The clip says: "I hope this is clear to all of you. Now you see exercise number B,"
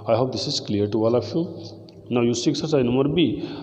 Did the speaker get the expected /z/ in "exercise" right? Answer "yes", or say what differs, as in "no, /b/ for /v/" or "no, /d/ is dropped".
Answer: no, /z/ is dropped